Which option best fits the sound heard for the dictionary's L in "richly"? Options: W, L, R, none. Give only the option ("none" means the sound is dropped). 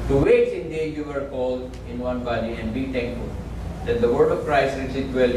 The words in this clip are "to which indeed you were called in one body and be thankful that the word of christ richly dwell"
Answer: none